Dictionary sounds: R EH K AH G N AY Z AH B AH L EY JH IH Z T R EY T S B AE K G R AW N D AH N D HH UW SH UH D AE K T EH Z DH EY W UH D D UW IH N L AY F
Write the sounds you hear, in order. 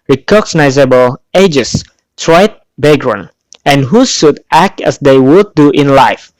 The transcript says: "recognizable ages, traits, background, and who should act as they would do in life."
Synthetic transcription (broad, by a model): R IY K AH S N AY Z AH B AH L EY JH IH S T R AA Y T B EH G R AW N AH N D HH UW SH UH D AE K T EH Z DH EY W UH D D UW IH N L AY F